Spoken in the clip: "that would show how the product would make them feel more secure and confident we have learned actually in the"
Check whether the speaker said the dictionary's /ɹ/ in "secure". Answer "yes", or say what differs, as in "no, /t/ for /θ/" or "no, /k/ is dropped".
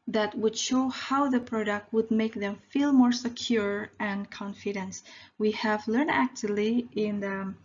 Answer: yes